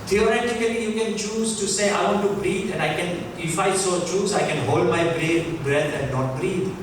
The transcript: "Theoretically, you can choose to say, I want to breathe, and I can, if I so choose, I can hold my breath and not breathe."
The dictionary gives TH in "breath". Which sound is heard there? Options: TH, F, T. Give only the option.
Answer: T